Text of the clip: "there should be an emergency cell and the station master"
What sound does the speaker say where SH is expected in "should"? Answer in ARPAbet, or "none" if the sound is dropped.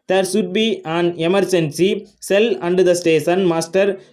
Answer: S